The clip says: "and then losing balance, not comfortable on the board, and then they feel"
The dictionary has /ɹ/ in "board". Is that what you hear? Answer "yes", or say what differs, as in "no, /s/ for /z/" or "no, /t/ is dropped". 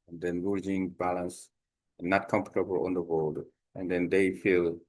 no, /l/ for /ɹ/